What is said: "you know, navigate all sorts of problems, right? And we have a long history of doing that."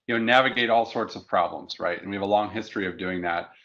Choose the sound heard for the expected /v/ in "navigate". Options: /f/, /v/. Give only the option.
/v/